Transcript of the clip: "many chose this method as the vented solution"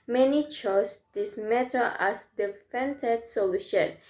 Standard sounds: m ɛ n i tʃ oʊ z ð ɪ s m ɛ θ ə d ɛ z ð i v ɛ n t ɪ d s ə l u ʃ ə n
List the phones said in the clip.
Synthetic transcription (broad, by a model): m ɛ n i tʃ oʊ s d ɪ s m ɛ t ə ɛ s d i f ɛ n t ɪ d s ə l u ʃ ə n